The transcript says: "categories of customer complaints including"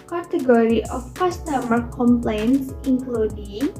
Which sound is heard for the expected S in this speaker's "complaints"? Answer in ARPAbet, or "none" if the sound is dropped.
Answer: S